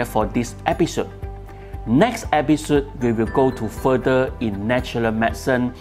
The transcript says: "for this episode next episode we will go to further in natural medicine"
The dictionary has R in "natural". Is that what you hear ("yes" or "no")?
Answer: no